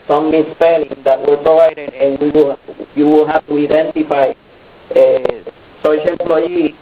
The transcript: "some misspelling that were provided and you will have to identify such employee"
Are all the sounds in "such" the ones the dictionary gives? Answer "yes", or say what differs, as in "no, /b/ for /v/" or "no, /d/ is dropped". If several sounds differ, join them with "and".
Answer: no, /s/ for /tʃ/